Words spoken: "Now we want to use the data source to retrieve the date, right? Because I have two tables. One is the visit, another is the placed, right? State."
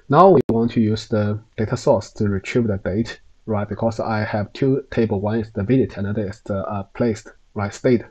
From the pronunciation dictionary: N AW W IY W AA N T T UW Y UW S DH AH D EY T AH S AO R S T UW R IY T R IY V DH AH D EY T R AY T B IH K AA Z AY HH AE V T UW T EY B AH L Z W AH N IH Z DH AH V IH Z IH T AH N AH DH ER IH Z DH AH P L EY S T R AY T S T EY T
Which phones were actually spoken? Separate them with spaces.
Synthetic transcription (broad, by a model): N AW W IY W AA N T T UW Y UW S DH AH D EY T AH S AO S T UW R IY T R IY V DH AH D EY T R AY T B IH K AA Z AY HH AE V T UW T EY B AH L W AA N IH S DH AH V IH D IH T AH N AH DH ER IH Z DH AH P L EY S T R AY T S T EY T